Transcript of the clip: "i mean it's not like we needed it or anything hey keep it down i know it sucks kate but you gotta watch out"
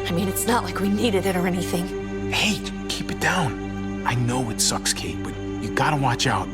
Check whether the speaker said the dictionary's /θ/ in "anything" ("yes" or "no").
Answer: yes